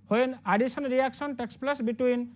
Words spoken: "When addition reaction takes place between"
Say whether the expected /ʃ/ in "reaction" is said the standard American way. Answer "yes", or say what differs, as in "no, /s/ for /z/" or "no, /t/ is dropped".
no, /s/ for /ʃ/